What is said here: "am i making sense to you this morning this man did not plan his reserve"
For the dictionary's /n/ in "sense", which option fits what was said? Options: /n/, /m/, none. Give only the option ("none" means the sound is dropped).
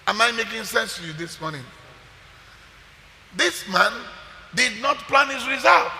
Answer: /n/